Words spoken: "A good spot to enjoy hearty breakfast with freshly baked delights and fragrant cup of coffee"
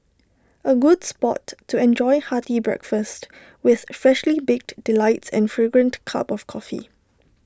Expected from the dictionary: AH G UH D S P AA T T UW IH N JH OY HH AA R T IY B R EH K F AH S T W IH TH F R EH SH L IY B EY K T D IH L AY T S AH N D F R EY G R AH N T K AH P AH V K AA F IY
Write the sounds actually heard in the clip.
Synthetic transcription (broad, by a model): AH G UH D S P AA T T UW IH N JH OY HH AA T IY B R EH K F AH S T W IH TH F R EH SH L IY B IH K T D IH L AY T S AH N F R EY G R AH N T K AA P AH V K AA F IY